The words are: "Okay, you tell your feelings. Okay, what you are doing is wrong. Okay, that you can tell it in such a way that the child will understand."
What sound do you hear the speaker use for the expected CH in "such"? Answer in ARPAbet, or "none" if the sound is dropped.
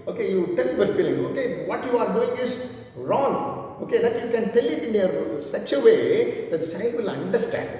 S